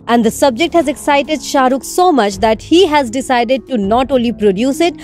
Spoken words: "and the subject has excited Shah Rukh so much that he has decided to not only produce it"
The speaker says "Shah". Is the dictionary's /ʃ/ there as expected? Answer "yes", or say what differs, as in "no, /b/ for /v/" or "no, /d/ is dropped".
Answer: yes